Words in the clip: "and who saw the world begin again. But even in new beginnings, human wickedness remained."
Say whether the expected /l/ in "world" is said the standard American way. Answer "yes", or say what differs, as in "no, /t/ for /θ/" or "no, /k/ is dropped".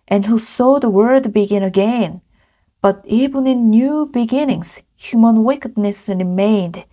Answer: no, /l/ is dropped